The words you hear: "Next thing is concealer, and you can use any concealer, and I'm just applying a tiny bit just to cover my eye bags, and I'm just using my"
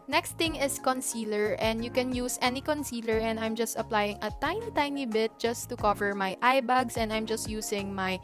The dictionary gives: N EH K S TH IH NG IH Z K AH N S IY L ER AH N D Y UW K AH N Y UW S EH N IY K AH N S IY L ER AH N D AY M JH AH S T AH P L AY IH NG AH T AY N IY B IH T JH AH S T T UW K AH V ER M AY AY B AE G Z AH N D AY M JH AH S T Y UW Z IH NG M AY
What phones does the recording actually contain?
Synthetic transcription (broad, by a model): N EH K S T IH NG IH S K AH N S IY L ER AH N D Y UW K AH N Y UW S EH N IY K AH N S IY L ER AH N D AY M JH AH S T AH P L AY IH NG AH T AY N IY B IH T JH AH S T T UW K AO V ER M AY AY B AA G S AH N D AY M JH AH S T Y UW S IH NG M AY